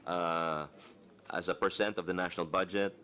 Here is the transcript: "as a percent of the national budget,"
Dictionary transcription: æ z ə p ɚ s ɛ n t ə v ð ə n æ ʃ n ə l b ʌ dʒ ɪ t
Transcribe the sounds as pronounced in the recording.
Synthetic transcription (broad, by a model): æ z ə p ɚ s ɛ n t ə v ð ə n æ ʃ n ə l b ʌ dʒ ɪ t